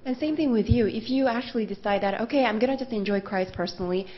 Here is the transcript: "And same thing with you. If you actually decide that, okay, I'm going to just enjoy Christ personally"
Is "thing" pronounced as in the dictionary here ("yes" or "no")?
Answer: yes